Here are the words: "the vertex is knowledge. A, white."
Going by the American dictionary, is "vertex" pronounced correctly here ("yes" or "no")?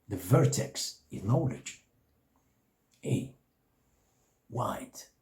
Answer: yes